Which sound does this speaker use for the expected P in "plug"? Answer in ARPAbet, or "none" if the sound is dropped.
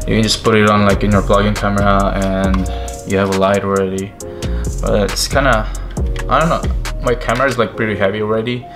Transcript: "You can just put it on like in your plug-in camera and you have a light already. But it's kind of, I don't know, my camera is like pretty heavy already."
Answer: B